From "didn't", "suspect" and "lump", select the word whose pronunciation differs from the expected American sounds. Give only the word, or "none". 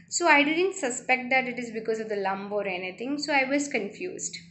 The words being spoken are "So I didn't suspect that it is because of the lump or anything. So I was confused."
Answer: lump